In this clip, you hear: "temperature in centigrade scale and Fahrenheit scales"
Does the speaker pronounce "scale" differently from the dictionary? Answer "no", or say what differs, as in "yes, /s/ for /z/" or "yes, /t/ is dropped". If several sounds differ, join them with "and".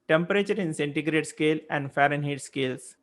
no